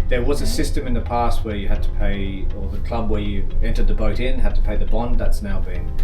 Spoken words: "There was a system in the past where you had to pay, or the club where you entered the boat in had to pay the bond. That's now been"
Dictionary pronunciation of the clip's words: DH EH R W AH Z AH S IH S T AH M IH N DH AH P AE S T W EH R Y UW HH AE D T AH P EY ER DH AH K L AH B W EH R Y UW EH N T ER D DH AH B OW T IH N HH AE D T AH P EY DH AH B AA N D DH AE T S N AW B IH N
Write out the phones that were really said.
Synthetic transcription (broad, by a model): DH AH R W AH Z AH S IH S T AH M IH N DH AH P AE S T W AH R Y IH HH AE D T AH P EY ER DH AH K L AH B W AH R Y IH EH N T ER D DH AH B OW T IH N HH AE D T AH P EY DH AH B AA N D DH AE T S N AW B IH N